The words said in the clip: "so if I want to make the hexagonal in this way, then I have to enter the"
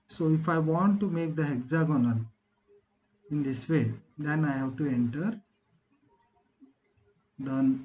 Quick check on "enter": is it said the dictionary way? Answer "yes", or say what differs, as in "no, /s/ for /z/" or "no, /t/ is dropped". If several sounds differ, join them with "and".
yes